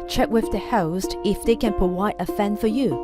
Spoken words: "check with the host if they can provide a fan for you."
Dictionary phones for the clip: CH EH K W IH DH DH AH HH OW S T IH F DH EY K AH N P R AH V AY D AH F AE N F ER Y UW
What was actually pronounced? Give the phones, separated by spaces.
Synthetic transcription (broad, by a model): CH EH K W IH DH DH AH HH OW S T IH F DH EY K AH N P AH W AY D AH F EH N F ER Y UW